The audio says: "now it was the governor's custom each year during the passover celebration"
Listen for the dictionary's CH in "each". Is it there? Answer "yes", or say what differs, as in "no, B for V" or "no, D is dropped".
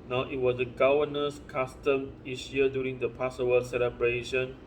no, S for CH